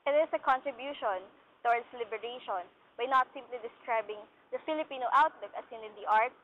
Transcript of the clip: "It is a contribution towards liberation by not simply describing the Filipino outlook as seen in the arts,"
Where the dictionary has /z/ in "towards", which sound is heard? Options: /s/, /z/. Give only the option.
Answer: /s/